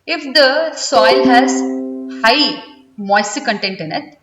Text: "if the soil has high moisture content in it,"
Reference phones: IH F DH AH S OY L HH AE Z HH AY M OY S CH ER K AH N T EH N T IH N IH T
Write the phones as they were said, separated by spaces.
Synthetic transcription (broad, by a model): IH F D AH S OY L HH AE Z HH AY M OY S ER K AH N T EH N T IH N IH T